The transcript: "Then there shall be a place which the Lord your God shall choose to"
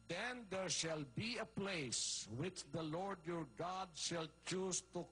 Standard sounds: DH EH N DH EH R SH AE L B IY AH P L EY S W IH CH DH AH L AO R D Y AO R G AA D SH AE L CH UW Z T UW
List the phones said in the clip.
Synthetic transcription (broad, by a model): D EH N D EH R SH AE L B IY AH P L EY S W IH CH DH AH L AO R D Y AO R G AA D SH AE L CH UW Z T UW